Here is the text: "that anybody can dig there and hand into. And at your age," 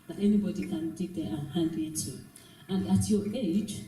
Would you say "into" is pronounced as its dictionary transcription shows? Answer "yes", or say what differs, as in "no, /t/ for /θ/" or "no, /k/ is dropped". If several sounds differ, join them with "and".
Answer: no, /n/ is dropped